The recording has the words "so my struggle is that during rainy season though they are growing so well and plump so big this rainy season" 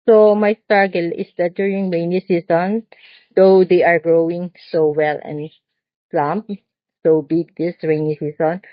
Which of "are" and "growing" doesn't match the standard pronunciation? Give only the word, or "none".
none